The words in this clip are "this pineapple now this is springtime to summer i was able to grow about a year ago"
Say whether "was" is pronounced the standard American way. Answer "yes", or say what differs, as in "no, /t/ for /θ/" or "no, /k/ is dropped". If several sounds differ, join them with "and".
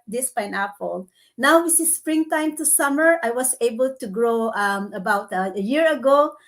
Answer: no, /s/ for /z/